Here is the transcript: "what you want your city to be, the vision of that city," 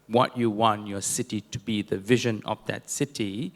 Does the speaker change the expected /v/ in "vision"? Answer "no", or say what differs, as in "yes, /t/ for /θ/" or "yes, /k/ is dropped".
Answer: no